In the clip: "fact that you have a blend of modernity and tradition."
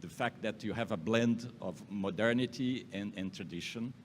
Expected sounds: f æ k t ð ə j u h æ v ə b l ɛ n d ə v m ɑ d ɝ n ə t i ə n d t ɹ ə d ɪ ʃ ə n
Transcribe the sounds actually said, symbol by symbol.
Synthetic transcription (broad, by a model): f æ k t ð ə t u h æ v ə b l ɛ n d ə v m ɑ d ɝ n ə t i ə n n t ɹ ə d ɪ ʃ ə n